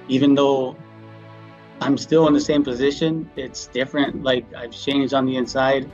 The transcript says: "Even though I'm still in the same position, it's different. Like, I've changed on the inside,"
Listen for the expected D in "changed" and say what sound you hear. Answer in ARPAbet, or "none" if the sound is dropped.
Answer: D